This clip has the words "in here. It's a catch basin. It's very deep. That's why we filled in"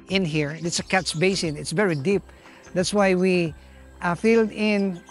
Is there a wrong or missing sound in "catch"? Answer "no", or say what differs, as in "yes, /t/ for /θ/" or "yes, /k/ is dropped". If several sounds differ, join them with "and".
yes, /s/ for /tʃ/